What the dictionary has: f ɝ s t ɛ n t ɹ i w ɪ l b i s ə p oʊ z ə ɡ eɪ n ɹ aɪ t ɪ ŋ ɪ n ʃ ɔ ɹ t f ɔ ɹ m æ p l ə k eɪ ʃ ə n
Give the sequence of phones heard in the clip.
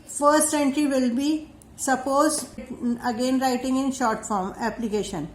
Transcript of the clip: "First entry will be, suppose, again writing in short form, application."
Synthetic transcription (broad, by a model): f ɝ s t ɛ n t ɹ i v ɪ l b i s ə p oʊ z ə ɡ eɪ n ɹ aɪ t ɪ ŋ ɪ n ʃ ɔ ɹ t f ɔ ɹ m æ p l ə k eɪ ʃ ə n